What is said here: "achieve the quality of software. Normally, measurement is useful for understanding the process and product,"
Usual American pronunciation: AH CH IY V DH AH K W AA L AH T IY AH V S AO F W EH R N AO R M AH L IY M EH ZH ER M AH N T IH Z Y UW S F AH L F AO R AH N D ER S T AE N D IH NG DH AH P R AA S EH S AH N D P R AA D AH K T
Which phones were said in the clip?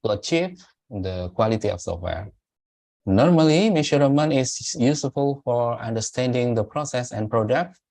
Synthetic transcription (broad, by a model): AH CH IY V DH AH K W AA L AH T IY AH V S AO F W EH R N AO R M AH L IY M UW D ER M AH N IH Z Y UW S F AH L F AO R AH N D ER S T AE N D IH NG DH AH P R AA S EH S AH N P R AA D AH K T